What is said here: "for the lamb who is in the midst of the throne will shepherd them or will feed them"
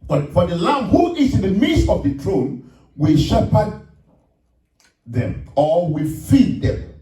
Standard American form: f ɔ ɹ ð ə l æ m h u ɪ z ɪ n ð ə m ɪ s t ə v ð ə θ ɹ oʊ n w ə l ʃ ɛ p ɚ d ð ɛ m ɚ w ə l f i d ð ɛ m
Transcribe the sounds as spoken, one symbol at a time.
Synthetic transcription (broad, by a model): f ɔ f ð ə l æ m h u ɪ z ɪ n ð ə m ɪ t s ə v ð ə t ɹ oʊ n w ə l ʃ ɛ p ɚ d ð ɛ m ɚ w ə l f i d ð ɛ m